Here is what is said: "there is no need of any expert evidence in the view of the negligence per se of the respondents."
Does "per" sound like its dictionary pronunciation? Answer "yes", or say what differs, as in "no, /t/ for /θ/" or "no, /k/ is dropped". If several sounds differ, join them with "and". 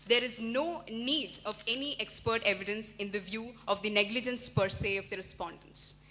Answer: yes